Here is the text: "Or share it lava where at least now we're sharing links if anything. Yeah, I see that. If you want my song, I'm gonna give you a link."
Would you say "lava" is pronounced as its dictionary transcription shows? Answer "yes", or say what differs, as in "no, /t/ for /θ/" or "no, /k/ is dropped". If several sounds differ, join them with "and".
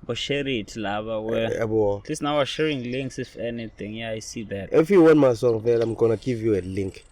no, /b/ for /v/